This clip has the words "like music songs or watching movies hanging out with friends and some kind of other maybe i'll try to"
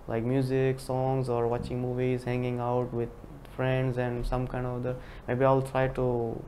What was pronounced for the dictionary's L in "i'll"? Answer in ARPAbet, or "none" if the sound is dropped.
L